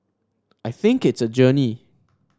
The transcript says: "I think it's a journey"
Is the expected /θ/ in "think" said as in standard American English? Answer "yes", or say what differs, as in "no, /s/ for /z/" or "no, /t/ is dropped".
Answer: yes